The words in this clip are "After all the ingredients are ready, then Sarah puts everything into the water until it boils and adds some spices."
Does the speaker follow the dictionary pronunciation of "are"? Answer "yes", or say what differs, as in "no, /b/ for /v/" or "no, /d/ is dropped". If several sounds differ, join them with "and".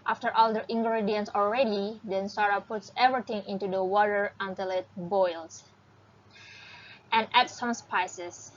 no, /l/ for /ɹ/